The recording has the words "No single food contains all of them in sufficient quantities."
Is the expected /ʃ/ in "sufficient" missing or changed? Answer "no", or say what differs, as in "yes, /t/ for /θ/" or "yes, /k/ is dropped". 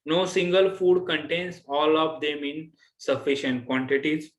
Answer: no